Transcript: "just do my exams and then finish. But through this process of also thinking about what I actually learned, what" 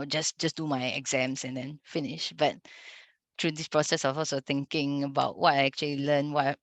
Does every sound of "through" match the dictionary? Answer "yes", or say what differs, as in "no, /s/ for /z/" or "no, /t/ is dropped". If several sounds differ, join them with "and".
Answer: no, /t/ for /θ/